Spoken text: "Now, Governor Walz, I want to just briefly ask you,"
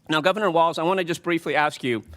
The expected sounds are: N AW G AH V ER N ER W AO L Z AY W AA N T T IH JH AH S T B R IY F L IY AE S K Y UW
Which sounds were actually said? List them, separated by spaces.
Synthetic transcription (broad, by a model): N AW G AH V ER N ER W AO L Z AY W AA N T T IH JH AH S B R IY F L IY AE S K Y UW